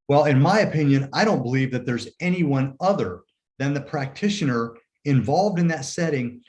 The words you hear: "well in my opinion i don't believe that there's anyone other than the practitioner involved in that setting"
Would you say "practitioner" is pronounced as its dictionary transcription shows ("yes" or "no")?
yes